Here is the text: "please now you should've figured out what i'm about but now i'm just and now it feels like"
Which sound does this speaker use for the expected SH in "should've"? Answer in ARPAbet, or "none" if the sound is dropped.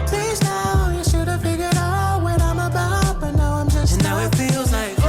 SH